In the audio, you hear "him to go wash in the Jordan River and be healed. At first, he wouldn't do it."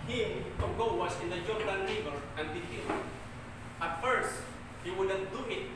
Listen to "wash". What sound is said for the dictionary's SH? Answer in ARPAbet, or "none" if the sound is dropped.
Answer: S